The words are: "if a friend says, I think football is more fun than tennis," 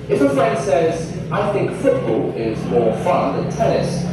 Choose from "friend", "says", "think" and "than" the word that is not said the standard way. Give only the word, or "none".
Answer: none